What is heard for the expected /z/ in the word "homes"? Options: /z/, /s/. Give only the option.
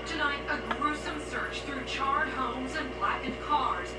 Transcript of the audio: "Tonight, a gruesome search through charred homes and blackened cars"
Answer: /z/